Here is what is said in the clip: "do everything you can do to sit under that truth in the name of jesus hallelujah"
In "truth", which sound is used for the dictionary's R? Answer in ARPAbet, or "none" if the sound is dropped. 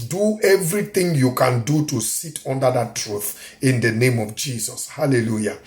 R